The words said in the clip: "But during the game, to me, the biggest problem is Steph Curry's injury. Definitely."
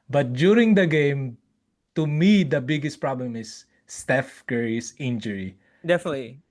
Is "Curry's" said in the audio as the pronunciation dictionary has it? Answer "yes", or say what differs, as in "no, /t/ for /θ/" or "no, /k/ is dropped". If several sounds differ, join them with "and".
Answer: no, /s/ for /z/